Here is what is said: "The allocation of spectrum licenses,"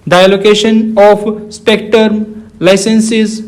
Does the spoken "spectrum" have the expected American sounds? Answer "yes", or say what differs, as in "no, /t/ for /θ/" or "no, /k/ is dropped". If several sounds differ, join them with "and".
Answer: no, /ɹ/ is dropped